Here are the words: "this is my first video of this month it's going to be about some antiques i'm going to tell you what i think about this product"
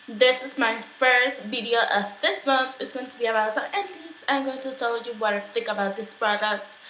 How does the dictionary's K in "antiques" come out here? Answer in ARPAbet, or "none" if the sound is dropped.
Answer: none